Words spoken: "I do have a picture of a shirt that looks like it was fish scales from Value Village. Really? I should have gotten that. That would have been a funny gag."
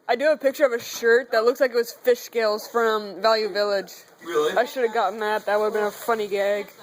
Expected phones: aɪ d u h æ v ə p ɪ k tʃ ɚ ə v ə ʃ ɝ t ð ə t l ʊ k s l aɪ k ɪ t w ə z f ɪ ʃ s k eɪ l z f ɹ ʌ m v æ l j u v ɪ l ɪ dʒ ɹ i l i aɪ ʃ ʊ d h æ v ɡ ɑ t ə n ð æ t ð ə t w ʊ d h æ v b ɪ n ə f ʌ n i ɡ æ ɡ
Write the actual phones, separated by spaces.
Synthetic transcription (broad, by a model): aɪ d ə p ɪ k tʃ ɚ ə v ə ʃ ɝ t ð ə t l ʊ k s l aɪ k ɪ t w ə z f ɪ ʃ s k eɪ l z f ɹ ʌ m v æ l j u v ɪ l ɪ dʒ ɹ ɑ i ʃ ʊ d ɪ v ɡ ɑ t n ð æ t ð ə t w ʊ d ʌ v b ɪ n ə f ʌ n i ɡ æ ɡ